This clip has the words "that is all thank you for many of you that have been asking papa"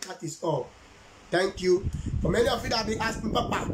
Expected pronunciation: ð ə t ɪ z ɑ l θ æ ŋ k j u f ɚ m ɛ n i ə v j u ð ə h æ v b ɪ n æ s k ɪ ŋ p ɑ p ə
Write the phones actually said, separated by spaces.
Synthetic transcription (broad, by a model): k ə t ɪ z ɑ l t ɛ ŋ k j u f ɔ m ɛ n i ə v j u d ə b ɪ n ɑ s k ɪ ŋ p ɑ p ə